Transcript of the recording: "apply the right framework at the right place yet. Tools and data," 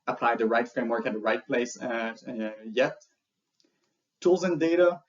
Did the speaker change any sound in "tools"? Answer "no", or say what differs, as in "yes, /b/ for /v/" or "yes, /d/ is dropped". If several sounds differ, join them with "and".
no